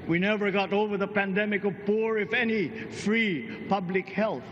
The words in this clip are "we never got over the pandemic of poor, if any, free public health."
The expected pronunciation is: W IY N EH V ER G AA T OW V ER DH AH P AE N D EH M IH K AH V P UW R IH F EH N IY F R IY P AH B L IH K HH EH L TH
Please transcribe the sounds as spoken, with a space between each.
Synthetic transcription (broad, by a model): W IY N EH V ER G AA T OW V ER DH AH P AE N D EH M IH K AH V P UW R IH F EH N IY F R IY P AH B L IH K HH EH L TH